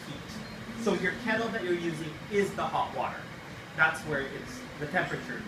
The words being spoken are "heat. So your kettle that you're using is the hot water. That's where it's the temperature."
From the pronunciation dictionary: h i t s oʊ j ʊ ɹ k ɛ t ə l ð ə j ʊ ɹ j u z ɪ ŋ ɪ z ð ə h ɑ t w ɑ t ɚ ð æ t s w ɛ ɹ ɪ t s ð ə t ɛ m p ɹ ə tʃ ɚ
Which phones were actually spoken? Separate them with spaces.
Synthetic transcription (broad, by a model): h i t s oʊ j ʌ ɹ k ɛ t l ð ə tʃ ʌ ɹ j u z ɪ ŋ ɪ z ð ə h ɑ t w ɑ t ɚ ð æ t s w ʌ ɹ ɪ t s ð ə t ɛ m p ɹ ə tʃ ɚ